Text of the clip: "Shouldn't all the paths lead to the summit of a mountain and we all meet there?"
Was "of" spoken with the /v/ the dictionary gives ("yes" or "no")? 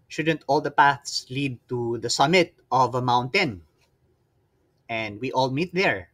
yes